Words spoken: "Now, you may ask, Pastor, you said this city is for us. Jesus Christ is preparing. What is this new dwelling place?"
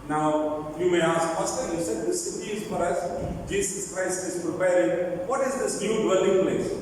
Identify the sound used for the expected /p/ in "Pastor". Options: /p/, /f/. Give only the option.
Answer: /f/